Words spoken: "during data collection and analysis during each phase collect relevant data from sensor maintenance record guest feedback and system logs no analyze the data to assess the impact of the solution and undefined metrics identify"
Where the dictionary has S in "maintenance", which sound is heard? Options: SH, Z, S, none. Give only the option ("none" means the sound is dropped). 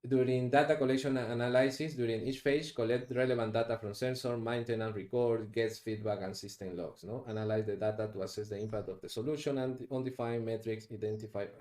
none